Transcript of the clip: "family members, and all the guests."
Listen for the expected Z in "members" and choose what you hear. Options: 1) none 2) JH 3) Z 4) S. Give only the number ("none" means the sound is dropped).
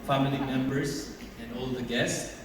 4